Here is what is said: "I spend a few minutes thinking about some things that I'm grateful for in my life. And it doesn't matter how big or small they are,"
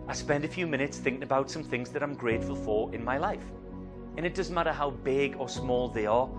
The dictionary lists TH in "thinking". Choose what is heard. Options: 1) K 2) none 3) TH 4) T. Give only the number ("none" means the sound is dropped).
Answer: 3